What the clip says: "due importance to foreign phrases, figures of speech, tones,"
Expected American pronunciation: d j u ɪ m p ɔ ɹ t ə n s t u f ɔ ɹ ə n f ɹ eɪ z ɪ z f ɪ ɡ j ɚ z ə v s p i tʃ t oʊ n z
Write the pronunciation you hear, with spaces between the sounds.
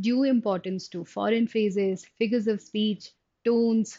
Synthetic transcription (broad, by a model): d j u ɪ m p ɔ ɹ t ə n s t u f ɔ ɹ ə n f eɪ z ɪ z f ɪ ɡ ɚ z ə v s p i tʃ t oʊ n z